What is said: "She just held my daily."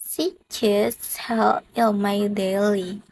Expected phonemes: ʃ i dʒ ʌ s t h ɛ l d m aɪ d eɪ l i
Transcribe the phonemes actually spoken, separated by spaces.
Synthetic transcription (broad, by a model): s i tʃ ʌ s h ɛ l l m aɪ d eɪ l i